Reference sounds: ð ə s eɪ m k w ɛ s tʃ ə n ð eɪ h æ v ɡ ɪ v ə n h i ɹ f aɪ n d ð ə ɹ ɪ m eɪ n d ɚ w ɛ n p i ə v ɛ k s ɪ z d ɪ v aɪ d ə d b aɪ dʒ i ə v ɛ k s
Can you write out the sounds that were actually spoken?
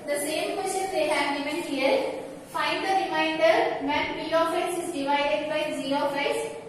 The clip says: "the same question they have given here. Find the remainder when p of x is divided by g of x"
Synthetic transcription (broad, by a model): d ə s eɪ m k w ɛ s tʃ ə n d eɪ h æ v ɡ ɪ v ə n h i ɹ f aɪ n d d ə ɹ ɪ m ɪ n d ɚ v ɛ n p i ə f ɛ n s ɪ z d ɪ v aɪ d ə d b aɪ z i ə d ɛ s